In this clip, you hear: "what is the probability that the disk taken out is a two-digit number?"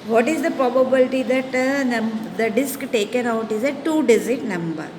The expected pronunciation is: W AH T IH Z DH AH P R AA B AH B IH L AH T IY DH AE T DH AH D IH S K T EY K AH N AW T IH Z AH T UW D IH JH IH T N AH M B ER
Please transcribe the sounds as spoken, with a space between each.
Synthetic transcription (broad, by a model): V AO T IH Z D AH P R AA B AH B IH L AH T IY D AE T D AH D IH S K T EY K AH N AW T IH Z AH T UW D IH Z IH T N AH M B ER